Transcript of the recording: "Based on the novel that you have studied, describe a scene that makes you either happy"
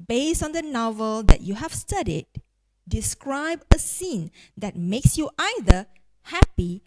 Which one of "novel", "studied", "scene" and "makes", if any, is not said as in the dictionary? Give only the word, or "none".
none